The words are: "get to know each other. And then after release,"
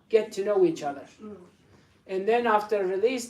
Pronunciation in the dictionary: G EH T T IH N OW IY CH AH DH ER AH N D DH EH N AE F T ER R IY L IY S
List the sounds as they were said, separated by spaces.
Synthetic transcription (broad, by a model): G EH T T IH N OW IY CH AH DH ER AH N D DH EH N AE F T ER R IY L IY S